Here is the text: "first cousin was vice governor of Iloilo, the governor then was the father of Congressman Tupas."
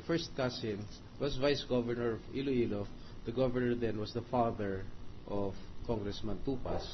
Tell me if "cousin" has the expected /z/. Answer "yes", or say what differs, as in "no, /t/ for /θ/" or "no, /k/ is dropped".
no, /s/ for /z/